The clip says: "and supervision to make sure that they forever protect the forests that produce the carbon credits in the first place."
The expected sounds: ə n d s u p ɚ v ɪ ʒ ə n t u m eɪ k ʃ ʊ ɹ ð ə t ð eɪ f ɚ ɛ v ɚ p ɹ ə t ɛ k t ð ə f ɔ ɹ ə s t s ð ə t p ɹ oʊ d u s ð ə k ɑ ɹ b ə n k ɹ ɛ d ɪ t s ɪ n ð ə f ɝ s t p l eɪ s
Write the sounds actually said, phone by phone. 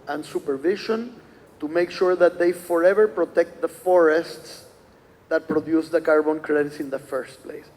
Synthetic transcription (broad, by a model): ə n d s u p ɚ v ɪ ʃ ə n t u m eɪ k ʃ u ɹ ð ə t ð eɪ f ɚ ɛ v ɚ p ɹ ə t ɛ k t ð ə f ɔ ɹ ə s t s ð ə t p ɹ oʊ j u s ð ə k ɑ ɹ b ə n k ɹ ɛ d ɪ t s ɪ n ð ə f ɝ s t p l eɪ s